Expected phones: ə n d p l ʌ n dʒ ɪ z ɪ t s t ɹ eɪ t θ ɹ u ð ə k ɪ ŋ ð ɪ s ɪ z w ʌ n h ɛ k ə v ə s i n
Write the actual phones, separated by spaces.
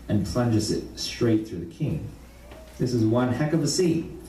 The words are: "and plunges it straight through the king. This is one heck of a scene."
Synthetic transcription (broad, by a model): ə n p l ʌ n dʒ ɪ z ɪ t s t ɹ eɪ t θ ɹ u ð ə k ɪ ŋ ð ɪ s ɪ z w ʌ n h ɛ k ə v ə s i